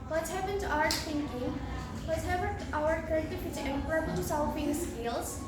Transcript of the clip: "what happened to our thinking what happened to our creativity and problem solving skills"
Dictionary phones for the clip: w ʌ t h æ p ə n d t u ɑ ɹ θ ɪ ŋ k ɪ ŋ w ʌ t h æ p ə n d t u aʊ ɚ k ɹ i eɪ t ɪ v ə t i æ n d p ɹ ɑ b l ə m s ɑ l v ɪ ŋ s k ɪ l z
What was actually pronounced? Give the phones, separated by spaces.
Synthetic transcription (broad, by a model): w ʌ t h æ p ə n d t u ɑ ɹ t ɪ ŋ k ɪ ŋ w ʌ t h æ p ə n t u aʊ ɚ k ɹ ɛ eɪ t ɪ f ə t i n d p ɹ ɑ b l ə m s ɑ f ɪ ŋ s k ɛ l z